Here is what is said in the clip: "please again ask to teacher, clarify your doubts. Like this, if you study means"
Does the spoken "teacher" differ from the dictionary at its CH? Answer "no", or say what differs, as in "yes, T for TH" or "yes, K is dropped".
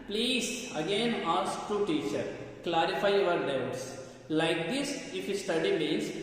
no